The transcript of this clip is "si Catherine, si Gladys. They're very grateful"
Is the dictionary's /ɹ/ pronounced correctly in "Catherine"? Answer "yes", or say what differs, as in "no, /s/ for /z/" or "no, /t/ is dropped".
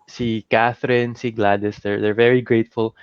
yes